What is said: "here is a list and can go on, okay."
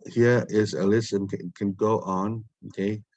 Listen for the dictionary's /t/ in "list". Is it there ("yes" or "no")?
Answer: no